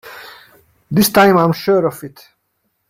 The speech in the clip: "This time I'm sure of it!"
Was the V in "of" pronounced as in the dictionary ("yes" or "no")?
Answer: no